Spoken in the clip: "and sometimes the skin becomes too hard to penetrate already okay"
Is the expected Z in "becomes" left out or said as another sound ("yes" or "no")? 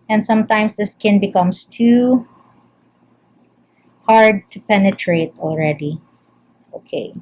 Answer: yes